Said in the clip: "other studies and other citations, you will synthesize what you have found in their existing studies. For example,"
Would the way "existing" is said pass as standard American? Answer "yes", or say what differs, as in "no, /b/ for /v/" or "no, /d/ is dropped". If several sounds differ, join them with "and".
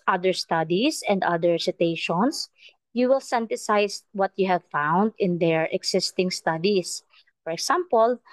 no, /s/ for /z/